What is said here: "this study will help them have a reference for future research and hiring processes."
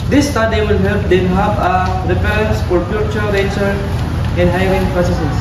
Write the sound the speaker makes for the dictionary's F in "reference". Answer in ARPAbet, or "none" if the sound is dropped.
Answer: P